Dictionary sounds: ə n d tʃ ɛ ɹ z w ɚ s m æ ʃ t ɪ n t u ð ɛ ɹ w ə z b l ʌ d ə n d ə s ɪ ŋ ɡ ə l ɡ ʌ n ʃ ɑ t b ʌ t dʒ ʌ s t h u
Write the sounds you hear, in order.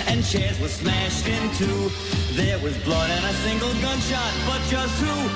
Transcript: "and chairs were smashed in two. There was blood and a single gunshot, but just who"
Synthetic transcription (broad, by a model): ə n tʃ ɛ ɹ z w ɚ s m æ ʃ t ɪ n t u ð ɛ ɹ w ə z b l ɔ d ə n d ə s ɪ ŋ ɡ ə l ɡ ʌ n ʃ ɑ t b ʌ t dʒ ʌ s t h u